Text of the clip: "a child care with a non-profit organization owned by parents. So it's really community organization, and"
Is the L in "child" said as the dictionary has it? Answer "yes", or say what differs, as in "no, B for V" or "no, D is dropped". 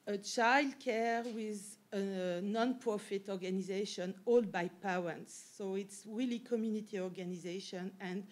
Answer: yes